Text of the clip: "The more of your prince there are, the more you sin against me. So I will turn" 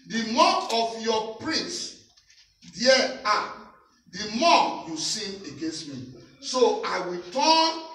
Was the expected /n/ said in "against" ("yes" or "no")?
yes